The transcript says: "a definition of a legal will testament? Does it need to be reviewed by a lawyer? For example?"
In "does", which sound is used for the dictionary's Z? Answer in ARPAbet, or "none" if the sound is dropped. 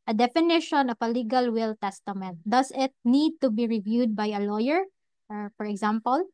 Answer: S